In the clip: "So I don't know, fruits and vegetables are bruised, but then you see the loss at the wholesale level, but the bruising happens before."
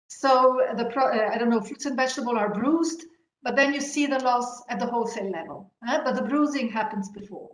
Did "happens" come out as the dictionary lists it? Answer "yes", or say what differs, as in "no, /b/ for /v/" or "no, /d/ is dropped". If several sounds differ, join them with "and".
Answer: yes